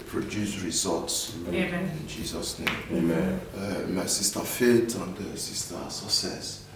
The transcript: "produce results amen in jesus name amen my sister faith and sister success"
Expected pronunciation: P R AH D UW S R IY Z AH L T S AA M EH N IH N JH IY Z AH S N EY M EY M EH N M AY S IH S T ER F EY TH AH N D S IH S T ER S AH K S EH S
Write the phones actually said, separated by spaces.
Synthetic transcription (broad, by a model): P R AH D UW S R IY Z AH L T S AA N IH N JH IY Z AH S N EY M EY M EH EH M AY S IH S T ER F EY T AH N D S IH S T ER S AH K S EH S